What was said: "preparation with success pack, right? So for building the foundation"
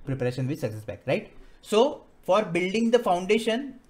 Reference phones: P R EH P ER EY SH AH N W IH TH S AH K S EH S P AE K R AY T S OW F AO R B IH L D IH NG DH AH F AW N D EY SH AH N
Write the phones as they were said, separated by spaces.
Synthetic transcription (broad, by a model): P R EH P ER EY SH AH N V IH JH S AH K S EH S B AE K R AY T S OW F AO R B IH L D IH NG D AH F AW N D EY SH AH N